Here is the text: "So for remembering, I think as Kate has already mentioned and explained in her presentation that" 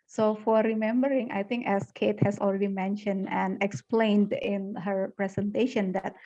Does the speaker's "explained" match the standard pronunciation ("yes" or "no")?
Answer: yes